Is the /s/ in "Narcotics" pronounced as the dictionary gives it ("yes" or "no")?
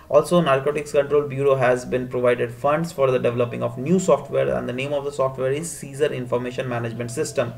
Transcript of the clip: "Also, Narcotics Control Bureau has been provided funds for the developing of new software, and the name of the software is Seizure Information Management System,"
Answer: yes